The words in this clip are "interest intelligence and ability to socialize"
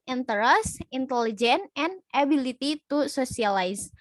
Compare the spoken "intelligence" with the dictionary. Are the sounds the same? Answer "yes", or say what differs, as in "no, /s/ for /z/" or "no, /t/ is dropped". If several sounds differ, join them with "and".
no, /s/ is dropped